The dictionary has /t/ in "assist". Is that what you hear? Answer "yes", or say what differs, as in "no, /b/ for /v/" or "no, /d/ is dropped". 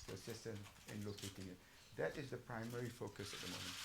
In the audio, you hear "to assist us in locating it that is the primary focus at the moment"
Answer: yes